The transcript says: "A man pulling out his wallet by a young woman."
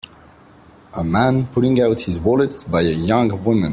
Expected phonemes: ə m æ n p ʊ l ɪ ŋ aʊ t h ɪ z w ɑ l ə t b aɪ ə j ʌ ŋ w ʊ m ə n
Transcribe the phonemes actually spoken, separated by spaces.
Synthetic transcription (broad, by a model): ə m æ n p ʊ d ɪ ŋ aʊ t h ɪ z w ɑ l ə t b aɪ ə j ʌ ŋ w ʊ m ə n